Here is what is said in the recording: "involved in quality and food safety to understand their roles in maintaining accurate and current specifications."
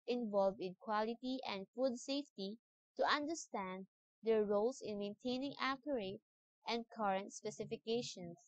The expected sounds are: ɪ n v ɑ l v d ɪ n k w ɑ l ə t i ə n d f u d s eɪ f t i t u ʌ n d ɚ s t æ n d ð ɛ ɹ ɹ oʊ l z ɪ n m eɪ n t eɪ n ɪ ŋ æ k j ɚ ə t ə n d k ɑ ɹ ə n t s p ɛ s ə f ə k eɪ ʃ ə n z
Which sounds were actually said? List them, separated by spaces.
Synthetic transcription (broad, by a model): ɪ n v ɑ l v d ɪ n k w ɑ l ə t i ə n d f u d s eɪ f t i t u ʌ n d ɚ s t æ n d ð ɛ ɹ ɹ oʊ l s ɪ n m eɪ n t eɪ n ɪ ŋ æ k j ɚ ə t ə n d k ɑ ɹ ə n t s p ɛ s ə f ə k eɪ ʃ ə n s